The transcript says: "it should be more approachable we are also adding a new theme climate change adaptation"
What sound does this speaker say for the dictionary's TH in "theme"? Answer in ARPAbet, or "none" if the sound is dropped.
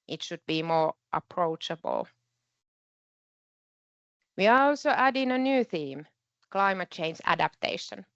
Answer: TH